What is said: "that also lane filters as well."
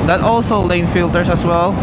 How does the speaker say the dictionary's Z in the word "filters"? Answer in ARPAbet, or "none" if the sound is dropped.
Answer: S